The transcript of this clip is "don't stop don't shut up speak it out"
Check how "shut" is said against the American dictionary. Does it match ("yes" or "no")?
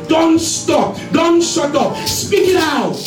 no